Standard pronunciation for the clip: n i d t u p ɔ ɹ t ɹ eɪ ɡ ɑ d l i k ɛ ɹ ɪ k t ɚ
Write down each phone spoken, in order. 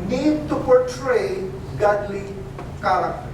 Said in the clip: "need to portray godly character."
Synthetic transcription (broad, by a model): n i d t u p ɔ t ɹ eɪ ɡ ɑ d l i k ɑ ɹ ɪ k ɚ